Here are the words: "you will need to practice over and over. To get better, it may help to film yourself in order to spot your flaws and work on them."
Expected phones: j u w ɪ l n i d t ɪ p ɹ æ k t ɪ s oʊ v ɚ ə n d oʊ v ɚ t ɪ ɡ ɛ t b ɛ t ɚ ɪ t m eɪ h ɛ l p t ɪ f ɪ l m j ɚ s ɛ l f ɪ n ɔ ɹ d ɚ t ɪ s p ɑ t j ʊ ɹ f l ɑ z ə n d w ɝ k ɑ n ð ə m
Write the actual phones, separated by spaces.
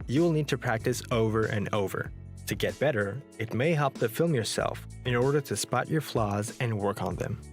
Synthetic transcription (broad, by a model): j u w ɪ l n i d t ɪ p ɹ æ k t ɪ s oʊ v ɚ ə n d oʊ v ɚ t ɪ ɡ ɛ t b ɛ t ɚ ɪ t m eɪ h ɛ l p t ɪ f ɪ l m j ɚ s ɛ l f ɪ n ɔ ɹ d ɚ t ɪ s p ɑ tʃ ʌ ɹ f l ɑ z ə n w ɝ k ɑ n ð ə m